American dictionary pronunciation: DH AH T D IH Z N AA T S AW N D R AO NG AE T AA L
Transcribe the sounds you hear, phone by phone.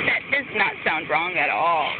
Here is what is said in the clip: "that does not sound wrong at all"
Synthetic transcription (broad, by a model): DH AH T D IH S N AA T S AW N D R AO NG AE T AA L